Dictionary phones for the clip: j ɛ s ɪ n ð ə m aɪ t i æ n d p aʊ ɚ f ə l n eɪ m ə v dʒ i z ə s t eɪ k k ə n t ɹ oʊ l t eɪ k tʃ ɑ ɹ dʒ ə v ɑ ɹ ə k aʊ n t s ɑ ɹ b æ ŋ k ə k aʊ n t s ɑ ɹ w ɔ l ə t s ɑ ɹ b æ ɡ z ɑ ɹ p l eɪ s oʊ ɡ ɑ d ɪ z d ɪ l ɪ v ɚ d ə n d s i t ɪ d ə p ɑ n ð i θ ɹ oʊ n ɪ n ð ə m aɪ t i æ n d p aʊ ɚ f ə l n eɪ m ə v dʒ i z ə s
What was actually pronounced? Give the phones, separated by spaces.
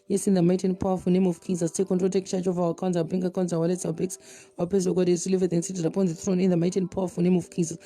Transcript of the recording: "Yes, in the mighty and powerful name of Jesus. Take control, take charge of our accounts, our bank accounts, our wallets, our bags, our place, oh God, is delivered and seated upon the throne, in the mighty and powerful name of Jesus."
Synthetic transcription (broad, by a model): j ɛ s ɪ n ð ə m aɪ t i n p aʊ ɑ f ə n eɪ m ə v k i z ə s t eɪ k k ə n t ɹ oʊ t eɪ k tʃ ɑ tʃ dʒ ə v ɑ w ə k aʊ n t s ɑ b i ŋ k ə k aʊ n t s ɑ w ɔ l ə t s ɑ w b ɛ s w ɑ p eɪ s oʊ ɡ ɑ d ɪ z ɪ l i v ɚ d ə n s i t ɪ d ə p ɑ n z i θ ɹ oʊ n ɪ n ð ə m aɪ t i n p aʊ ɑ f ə n eɪ m ə v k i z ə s